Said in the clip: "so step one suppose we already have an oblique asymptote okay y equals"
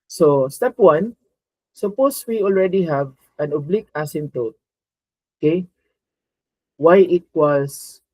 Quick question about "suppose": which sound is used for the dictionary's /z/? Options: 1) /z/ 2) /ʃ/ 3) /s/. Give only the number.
3